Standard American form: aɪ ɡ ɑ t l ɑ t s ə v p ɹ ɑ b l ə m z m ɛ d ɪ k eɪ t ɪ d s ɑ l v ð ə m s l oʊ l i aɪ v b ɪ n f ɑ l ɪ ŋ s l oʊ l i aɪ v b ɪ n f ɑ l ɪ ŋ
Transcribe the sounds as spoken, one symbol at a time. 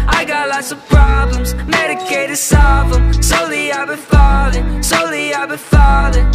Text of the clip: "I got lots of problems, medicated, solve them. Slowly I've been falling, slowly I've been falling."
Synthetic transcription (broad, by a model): aɪ ɡ ɑ t l ɑ t s ə v p ɹ ɑ b l ə m z m ɛ d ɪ k eɪ t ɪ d s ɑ v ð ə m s oʊ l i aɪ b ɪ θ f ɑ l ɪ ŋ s oʊ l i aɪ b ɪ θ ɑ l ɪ